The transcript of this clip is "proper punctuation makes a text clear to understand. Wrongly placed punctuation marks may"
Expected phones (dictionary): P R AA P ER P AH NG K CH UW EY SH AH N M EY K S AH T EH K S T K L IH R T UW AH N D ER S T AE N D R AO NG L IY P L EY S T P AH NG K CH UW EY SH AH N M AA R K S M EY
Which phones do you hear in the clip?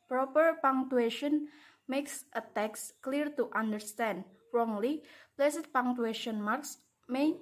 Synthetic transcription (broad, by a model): P R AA P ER P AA NG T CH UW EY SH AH N M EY K S AH T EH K S K L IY R T UW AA N D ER S T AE N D R AO NG L IY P L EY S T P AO NG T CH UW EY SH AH N M AA R K S M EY